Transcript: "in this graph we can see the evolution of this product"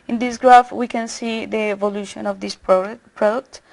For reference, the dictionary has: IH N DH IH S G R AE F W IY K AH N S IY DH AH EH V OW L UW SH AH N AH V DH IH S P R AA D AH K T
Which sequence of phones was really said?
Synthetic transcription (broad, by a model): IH N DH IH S G R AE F W IY K AH N S IY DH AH EH V OW L UW SH AH N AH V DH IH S P R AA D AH K T